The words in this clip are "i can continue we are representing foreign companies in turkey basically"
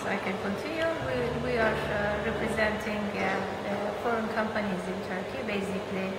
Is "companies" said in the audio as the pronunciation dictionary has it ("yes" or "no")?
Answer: yes